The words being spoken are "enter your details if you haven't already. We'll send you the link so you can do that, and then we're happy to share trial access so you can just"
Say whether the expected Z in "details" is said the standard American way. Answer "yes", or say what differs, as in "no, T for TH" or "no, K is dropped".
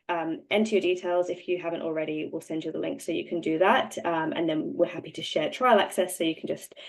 yes